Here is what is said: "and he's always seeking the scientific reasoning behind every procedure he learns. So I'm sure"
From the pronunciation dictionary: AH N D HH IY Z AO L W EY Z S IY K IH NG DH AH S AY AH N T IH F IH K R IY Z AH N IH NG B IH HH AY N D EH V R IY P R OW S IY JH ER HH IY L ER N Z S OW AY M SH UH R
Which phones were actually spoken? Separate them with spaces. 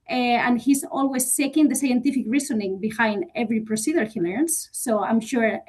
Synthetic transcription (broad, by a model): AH N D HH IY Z AO L W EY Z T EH K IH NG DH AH S AY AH N T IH F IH K R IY S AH N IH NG B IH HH AY N D EH V R IY P R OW S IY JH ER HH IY L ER N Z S OW AY M SH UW R